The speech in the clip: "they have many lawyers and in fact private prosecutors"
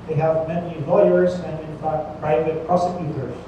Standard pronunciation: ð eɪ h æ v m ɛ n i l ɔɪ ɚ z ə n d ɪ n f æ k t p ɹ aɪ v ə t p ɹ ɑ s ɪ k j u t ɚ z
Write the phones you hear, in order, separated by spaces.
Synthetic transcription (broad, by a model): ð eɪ h æ v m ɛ n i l ɔɪ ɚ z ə n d ɪ n f æ k t p ɹ aɪ v ə t p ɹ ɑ s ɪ k j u t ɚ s